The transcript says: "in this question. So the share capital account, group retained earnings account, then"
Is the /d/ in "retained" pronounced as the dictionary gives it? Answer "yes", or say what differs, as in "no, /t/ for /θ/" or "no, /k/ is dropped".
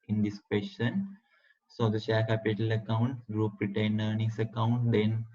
no, /d/ is dropped